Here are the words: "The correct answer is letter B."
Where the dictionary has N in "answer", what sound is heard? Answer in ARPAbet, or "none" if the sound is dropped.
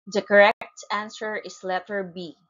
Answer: N